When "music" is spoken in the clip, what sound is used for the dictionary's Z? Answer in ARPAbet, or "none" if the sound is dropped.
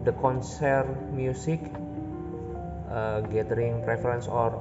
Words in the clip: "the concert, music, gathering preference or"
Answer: S